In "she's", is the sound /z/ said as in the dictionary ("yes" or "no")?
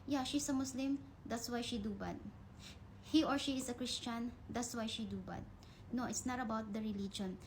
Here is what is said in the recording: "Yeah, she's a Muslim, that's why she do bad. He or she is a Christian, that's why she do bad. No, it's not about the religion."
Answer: no